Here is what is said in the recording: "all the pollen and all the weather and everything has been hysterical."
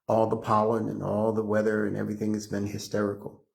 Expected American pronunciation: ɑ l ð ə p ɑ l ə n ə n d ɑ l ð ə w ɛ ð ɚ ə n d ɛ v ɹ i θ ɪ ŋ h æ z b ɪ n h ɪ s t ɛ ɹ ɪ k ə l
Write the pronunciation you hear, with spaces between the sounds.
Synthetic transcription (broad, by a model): ɑ l ð ə p ɑ l ə n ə n ɑ l ð ə w ɛ ð ɚ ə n ɛ v ɹ i θ ɪ ŋ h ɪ z b ɪ n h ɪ s t ɛ ɹ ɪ k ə l